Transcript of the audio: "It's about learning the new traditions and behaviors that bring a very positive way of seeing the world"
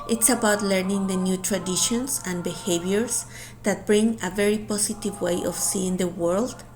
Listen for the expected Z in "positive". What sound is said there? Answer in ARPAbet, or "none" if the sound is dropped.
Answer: S